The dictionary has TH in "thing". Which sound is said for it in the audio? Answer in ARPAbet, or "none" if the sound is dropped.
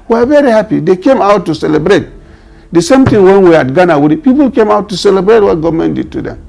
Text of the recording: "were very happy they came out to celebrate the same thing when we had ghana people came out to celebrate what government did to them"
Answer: T